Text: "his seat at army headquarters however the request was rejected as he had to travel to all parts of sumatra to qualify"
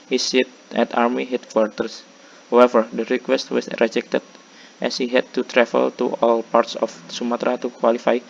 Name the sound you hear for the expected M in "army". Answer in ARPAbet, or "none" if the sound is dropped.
M